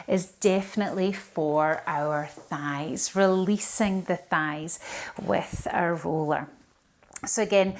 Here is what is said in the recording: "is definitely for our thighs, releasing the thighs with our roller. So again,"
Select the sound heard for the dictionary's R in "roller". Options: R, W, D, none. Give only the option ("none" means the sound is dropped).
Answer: R